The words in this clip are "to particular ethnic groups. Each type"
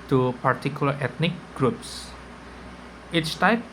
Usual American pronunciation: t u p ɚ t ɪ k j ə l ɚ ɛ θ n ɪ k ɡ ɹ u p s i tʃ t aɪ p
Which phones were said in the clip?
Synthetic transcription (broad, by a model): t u p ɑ t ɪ k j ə l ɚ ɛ t n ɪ k ɡ ɹ u p s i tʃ t aɪ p